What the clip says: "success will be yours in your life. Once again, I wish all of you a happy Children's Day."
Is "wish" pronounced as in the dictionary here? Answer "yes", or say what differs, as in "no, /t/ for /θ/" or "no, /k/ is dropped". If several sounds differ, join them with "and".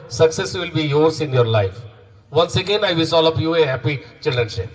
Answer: no, /s/ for /ʃ/